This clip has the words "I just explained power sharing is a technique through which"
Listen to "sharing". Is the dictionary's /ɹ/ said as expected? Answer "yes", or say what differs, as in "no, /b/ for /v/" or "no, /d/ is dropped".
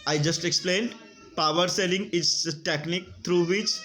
no, /l/ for /ɹ/